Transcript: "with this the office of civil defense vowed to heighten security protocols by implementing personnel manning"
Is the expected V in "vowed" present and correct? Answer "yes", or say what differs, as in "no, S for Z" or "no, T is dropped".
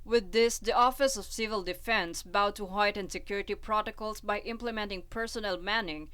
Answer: no, B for V